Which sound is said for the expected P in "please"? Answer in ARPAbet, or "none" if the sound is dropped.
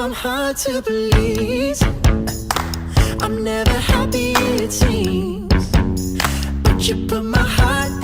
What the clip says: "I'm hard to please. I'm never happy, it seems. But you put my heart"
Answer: B